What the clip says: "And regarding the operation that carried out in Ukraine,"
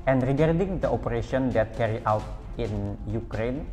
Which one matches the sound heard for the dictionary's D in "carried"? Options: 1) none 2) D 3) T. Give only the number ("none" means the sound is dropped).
1